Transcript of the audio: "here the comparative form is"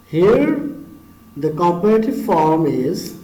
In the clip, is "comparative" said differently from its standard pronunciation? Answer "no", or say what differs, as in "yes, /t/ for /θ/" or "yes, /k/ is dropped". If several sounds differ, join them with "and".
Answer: yes, /m/ is dropped